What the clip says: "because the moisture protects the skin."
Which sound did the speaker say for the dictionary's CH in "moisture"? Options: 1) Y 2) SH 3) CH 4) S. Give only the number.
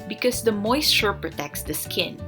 2